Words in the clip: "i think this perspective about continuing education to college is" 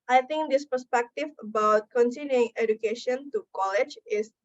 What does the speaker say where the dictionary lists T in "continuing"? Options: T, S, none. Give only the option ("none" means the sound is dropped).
S